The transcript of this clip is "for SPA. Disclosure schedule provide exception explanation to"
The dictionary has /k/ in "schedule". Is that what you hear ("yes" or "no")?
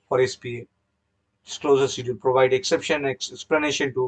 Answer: no